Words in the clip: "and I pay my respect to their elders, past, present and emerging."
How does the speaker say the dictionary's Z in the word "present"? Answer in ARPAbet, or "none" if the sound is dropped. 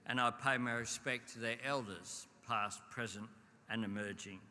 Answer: Z